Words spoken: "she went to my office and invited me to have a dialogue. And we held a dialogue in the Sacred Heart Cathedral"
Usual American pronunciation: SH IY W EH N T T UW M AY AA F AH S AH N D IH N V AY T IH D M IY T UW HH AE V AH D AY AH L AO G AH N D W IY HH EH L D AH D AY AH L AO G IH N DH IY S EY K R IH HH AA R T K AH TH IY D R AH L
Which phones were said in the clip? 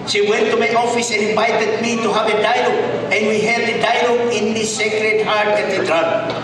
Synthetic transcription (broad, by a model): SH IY W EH N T T UW M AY AA F AH S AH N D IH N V AY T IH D M IY T UW HH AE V AH D AY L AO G AH N D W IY HH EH D AH D AY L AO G IH N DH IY S EY K R IH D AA R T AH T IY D R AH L